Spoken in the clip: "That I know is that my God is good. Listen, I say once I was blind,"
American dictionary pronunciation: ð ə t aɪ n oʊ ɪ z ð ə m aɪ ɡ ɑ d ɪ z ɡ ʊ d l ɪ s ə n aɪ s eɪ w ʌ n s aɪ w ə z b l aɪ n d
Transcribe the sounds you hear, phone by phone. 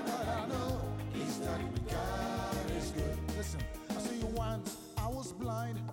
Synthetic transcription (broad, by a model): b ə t aɪ n oʊ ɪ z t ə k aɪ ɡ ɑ ɪ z ɡ ʊ d l ɪ s ə n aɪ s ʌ w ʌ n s aɪ w ə z b l aɪ n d